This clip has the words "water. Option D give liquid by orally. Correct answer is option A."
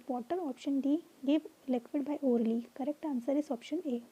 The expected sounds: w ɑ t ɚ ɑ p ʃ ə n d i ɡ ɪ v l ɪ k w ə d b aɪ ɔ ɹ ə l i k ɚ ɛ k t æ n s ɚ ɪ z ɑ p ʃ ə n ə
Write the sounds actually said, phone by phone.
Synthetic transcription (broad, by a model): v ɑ t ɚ ɑ p ʃ ə n d i ɡ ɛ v l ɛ k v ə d b aɪ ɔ ɹ l i k ɚ ɛ k t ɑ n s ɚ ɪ s ɑ p ʃ ə n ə